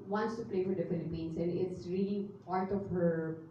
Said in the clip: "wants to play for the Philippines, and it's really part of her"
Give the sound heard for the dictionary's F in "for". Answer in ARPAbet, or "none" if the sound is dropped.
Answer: F